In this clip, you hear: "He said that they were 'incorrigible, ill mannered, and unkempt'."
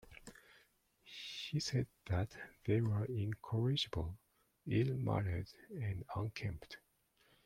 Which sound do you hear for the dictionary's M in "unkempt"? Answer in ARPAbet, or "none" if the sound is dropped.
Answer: M